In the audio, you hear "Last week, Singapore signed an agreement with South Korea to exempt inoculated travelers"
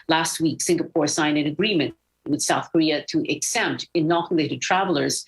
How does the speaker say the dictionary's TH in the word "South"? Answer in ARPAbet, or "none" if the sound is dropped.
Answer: TH